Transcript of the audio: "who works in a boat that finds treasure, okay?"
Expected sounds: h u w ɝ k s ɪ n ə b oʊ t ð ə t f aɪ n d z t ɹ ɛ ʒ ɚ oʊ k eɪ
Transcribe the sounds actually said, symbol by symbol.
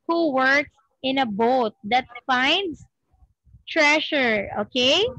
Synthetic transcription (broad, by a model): h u w ɝ k s ɪ n ə b oʊ t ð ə t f aɪ n d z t ɹ ɛ ʃ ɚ oʊ k eɪ